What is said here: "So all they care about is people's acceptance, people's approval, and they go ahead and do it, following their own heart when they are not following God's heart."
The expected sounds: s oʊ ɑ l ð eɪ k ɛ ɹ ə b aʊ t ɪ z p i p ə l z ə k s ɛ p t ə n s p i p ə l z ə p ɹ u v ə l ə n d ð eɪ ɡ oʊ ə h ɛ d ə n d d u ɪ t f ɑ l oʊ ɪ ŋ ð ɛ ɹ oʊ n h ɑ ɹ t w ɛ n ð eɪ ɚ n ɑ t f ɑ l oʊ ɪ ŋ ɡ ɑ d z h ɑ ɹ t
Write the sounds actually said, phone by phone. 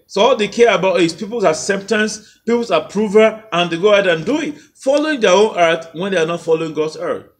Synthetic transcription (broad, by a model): s oʊ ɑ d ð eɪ k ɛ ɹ ə b aʊ t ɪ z p i p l s ə k s ɛ p t ə n s p i p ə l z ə p ɹ u v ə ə n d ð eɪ ɡ oʊ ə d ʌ ə n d d u ɪ t f ɑ l oʊ ɪ ŋ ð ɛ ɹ oʊ n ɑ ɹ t w ɛ n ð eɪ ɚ n ɑ t f ɑ l oʊ ɪ ŋ ɡ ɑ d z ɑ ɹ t